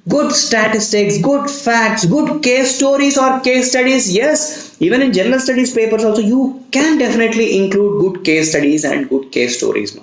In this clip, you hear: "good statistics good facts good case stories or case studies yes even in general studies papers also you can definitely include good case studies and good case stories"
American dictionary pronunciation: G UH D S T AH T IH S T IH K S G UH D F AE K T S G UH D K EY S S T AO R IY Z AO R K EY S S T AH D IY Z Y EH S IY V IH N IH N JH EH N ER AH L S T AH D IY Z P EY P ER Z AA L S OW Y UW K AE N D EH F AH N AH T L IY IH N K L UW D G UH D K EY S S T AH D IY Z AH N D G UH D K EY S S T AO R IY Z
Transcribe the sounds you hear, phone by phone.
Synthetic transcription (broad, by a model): G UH D S T AH T IH S T IH K S G UH D F AE K T S G UH D K EY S S T AO R IY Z AO R K EY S S T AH D IY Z Y EH S IY V IH N IH N JH EH N ER AH L S T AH D IY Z P EY P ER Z AA L S OW Y UW K AE N D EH F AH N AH T L IY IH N K L UW D G UH D K EY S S T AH D IY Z AH N D G UH D K EY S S T AO R IY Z